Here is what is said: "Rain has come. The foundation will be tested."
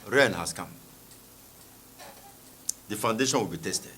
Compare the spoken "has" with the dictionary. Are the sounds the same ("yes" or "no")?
no